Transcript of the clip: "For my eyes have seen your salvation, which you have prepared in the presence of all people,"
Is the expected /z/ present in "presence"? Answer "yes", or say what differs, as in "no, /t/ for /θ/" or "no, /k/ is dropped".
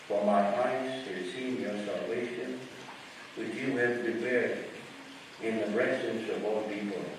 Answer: no, /s/ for /z/